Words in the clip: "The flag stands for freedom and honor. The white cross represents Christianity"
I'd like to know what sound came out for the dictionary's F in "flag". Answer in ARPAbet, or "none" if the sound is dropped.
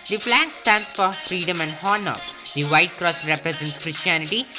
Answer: P